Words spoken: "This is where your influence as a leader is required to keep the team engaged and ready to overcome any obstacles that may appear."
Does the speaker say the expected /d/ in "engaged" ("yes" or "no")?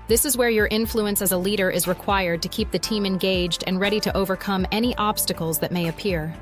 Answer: yes